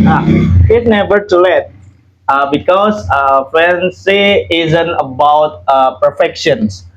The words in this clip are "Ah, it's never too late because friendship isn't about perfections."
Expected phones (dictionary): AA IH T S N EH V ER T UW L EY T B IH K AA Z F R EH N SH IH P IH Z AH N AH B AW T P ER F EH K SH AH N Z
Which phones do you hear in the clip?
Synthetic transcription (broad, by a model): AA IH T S N EH V ER T UW L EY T B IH K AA S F EH N S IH IH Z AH N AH B AW T P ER F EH K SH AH N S